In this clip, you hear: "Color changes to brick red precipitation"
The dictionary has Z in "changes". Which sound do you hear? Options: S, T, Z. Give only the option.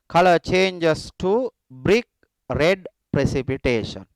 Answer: S